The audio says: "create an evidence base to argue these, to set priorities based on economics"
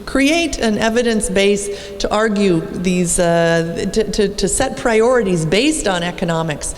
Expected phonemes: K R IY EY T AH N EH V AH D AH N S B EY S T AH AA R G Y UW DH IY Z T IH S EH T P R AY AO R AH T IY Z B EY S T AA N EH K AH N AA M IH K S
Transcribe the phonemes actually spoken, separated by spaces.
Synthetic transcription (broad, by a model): K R IY EY T AH N EH V AH D AH N S B EY S T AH AA R G Y UW DH IY Z T IH S EH T P R AY AO R AH T IY Z B EY S T N EH K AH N AA M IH K S